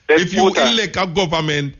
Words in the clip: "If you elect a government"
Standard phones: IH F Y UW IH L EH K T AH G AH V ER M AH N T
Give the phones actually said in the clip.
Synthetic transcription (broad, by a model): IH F Y UW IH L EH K AH G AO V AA M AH N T